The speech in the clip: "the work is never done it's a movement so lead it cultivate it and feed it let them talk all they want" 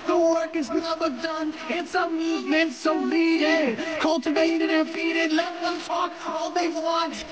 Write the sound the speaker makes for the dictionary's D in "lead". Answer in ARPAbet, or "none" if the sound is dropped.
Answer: none